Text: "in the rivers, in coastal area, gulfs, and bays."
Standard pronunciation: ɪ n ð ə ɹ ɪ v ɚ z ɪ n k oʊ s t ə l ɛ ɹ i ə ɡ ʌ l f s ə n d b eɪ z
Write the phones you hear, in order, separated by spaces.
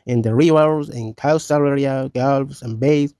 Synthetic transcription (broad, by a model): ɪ n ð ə ɹ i w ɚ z ɪ n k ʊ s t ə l ɛ ɹ i ə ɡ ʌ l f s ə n b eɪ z